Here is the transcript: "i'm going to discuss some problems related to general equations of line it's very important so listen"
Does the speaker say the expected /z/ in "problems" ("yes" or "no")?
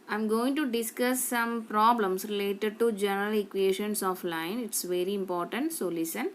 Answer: no